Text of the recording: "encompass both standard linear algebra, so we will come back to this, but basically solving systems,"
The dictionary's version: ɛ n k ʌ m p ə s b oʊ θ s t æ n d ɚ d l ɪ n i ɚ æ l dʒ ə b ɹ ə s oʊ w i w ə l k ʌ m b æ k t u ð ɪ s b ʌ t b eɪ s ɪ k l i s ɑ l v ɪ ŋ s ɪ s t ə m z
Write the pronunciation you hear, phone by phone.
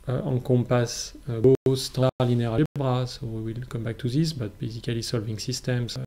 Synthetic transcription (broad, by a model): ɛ k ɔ p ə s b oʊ s t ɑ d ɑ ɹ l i n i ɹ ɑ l b ɹ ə s oʊ w i w ə l k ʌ m b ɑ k t u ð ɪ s b ʌ t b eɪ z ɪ k l i s ɑ l v ɪ ŋ s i s t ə m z